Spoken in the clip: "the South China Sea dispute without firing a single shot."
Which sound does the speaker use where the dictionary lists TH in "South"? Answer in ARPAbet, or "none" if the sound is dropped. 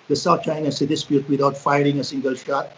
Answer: T